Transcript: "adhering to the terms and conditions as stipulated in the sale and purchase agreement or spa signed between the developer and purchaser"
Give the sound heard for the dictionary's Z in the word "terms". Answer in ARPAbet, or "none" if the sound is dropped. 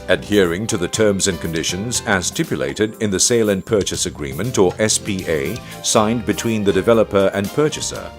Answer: Z